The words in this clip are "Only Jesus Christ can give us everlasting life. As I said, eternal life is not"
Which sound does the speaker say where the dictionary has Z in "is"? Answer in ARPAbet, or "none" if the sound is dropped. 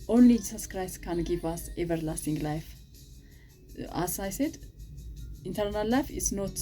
S